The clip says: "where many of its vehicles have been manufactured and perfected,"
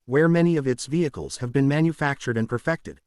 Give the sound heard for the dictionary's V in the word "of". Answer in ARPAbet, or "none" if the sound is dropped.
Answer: V